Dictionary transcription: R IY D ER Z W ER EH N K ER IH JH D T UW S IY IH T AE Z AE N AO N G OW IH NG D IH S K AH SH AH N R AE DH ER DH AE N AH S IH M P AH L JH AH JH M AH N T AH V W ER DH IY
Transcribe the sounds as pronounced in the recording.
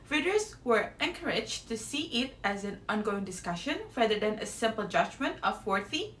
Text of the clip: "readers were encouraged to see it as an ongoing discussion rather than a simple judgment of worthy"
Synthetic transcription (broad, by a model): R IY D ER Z W ER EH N K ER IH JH T UW S IY IH T AE Z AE N AO N G OW IH NG D IH S K AH SH AH N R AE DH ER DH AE N AH S IH M P AH L JH AH JH M AH N T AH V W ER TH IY